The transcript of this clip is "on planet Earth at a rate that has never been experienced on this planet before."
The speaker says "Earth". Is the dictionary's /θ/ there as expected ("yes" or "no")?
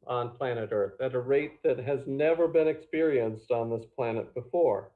yes